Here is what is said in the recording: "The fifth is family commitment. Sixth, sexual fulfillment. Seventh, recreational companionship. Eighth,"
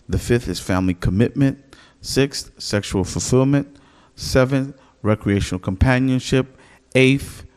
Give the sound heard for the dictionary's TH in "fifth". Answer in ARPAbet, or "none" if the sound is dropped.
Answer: TH